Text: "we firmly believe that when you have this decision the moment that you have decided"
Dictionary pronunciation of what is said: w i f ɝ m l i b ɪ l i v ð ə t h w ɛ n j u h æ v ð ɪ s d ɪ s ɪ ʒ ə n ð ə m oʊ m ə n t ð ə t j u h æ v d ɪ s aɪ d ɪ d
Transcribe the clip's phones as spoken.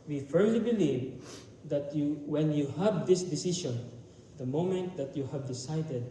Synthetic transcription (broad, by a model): w i f ɝ m l i b ɪ l i v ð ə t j w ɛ n j u h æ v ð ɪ s d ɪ s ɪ ʃ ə n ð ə m oʊ m ə n t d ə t j u h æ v d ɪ s aɪ d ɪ d